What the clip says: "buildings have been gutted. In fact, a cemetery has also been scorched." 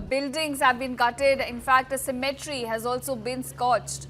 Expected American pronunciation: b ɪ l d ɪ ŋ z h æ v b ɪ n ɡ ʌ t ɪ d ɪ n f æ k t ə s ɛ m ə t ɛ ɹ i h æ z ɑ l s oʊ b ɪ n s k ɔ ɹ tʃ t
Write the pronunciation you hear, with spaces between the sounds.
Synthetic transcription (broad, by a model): b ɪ l d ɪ ŋ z h æ v b ɪ n ɡ ʌ t ɪ d ɪ n f æ k t ə s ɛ m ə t ɹ i h æ z ɑ l s oʊ b ɪ n s k ɔ tʃ t